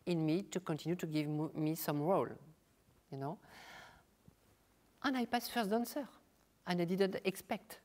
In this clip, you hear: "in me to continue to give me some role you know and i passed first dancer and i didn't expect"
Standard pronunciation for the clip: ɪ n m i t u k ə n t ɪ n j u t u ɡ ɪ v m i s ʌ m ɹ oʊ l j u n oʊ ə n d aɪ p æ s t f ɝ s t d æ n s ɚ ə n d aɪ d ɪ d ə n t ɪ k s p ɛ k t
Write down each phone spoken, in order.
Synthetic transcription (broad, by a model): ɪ n m i t u k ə n t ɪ n j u t u ɡ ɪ v m i s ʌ m ɹ oʊ l j u n oʊ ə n aɪ p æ s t f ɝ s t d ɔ n s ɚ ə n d aɪ d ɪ d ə n t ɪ k s p ɛ k t